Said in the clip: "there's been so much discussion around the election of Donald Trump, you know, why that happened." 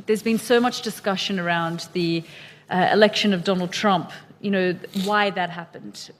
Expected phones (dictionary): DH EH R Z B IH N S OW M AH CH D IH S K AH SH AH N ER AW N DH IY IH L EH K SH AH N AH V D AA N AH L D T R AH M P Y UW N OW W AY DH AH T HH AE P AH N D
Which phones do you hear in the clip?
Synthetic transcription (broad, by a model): DH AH R Z B IH N S OW M AH CH D IH S K AH SH AH N ER AW N DH IY IH L EH K SH AH N AH V D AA N L D T R AH M P Y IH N OW W AY DH AH T HH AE P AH N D